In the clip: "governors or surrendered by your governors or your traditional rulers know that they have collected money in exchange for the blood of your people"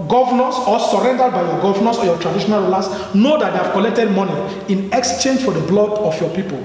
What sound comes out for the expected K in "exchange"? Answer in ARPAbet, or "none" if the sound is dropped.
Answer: K